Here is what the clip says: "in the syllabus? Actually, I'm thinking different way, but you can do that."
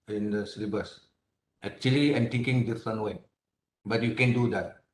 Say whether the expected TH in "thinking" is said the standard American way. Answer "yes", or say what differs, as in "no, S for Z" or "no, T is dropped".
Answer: no, T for TH